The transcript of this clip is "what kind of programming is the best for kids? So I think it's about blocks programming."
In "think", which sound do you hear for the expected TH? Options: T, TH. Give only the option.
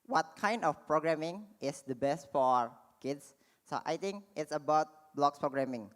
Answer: T